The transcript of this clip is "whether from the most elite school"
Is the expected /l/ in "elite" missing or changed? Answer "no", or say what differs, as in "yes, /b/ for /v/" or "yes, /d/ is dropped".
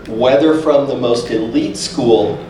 no